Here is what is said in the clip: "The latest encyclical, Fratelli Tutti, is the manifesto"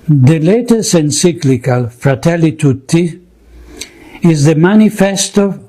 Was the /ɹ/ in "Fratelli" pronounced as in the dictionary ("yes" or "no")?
yes